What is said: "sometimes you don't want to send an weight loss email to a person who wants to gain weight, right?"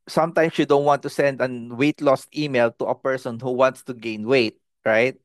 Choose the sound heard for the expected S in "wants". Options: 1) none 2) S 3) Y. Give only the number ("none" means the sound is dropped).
2